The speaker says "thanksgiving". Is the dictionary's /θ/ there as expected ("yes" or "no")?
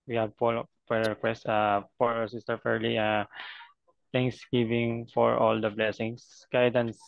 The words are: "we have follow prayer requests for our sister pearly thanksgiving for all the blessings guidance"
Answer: no